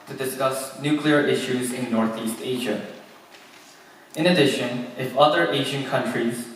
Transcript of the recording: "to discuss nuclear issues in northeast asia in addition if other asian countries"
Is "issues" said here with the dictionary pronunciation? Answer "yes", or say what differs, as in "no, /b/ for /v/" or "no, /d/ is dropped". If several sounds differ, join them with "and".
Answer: yes